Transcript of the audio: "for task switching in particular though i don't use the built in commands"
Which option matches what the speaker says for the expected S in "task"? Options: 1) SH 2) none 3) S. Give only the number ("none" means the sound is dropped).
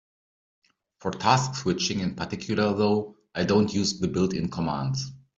3